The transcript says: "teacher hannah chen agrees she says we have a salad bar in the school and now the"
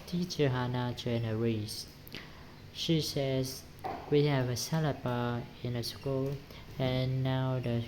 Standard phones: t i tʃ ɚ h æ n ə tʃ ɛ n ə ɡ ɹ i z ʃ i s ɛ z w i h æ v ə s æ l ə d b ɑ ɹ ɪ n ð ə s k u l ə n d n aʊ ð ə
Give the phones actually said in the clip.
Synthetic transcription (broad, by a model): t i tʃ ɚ h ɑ n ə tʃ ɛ n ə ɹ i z ʃ i s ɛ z w i h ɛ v ə s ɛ l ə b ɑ ɪ n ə s k u l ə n n aʊ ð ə